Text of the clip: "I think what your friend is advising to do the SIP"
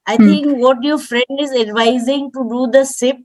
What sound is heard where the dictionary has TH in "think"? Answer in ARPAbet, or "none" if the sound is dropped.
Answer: T